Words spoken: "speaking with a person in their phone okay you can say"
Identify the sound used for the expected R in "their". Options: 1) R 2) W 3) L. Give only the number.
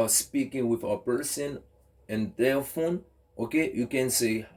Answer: 3